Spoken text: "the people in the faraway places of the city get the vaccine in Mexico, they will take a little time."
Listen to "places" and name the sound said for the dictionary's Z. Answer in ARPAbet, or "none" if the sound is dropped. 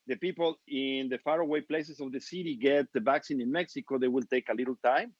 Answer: S